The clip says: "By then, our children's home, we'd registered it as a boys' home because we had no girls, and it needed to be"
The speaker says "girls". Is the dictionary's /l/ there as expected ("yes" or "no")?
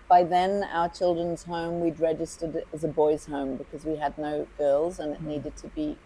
yes